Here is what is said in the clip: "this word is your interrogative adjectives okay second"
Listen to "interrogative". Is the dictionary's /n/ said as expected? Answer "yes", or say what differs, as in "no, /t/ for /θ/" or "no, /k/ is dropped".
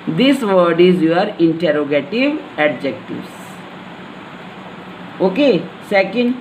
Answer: yes